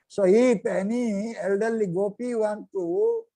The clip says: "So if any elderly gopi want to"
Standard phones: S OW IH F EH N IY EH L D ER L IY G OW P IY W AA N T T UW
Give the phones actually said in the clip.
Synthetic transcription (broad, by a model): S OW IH P EH N IY EH L D ER L IY G OW P IY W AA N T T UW